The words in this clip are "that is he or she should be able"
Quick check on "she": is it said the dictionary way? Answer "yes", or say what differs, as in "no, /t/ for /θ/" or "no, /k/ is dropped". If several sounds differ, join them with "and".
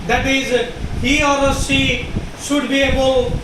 no, /s/ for /ʃ/